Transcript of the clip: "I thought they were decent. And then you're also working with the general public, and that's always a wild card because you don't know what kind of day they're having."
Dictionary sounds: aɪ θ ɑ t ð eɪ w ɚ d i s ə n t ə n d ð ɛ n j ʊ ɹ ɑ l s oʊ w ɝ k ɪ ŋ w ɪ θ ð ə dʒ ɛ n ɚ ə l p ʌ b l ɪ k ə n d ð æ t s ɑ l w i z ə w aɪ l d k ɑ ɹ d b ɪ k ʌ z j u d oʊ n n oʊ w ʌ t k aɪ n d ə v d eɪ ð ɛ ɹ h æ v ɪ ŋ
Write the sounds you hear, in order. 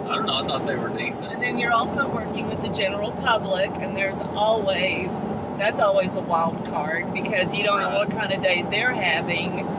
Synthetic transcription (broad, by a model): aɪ t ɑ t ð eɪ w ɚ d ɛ ə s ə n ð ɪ n j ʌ ɹ ɑ l s oʊ w ɝ k ɪ ŋ w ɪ ð ə dʒ ɛ n ɚ l p ʌ b l ɪ k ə n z ð æ t s ɑ l w i z ə w aɪ l d k ɑ ɹ d b ɪ k ʌ z j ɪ d oʊ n n oʊ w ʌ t k aɪ n d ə d eɪ ð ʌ ɹ h æ v ɪ ŋ